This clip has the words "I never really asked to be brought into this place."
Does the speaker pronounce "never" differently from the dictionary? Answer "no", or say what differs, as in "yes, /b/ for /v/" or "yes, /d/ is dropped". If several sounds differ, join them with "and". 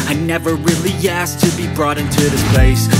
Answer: no